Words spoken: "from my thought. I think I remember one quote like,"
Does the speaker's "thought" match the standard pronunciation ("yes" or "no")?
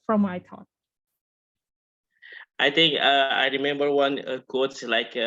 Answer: no